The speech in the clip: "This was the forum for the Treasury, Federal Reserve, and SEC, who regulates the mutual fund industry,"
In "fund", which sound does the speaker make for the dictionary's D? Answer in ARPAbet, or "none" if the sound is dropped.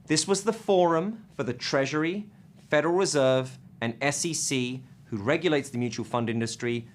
D